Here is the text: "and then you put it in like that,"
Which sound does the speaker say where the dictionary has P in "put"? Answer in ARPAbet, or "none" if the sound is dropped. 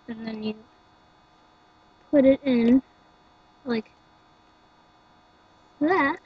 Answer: P